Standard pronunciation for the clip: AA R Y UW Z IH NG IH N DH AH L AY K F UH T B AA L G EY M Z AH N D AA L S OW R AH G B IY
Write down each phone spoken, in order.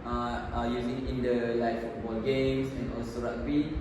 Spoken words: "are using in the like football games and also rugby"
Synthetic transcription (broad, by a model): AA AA Y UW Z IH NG IH N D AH L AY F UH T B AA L G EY M S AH N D AA L S OW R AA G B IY